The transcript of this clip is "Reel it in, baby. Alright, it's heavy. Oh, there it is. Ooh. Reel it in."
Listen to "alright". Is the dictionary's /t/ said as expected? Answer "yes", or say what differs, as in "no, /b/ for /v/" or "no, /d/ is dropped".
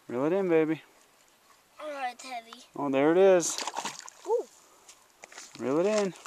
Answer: no, /t/ is dropped